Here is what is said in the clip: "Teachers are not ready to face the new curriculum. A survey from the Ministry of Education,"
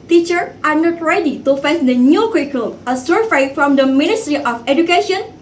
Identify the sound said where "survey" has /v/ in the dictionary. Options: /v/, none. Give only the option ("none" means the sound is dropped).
none